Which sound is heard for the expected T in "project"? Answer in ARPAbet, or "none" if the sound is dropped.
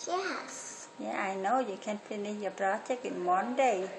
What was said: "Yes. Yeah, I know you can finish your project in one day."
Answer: none